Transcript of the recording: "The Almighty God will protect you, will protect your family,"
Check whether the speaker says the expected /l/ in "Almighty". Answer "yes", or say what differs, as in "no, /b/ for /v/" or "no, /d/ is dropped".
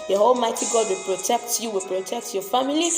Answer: yes